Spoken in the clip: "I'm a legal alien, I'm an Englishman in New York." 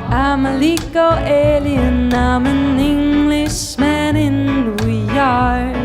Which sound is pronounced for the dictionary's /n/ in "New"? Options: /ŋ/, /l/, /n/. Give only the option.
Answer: /l/